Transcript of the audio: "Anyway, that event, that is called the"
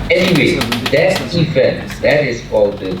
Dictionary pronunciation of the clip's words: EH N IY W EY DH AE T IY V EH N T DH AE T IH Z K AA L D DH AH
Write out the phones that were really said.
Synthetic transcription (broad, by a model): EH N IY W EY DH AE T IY F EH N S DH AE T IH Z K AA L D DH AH